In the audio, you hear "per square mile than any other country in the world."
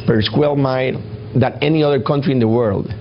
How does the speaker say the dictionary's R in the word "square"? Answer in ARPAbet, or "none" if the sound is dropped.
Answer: L